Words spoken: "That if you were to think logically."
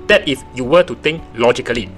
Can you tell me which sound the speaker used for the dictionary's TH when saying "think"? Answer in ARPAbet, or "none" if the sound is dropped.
T